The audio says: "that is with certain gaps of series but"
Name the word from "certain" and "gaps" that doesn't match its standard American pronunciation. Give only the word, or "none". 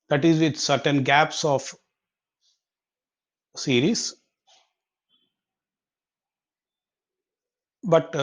none